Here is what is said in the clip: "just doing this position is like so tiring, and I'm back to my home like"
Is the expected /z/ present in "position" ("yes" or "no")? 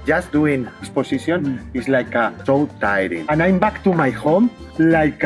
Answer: no